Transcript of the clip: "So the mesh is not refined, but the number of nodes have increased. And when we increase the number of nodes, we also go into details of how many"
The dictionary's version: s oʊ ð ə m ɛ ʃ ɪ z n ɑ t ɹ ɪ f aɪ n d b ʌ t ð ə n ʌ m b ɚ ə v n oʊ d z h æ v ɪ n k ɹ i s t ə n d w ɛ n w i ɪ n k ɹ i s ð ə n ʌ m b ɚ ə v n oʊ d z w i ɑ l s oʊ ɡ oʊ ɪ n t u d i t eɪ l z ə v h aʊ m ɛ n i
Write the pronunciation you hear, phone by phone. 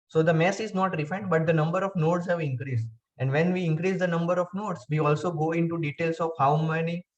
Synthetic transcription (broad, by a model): s oʊ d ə m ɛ s ɪ z n ɑ t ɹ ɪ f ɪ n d b ʌ t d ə n ʌ m b ɚ ə v n oʊ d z h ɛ v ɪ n k ɹ i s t ə n d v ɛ n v i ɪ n k ɹ i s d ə n ʌ m b ɚ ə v n oʊ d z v i ɑ l s oʊ ɡ oʊ ɪ n t u d i t eɪ l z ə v h aʊ m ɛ n i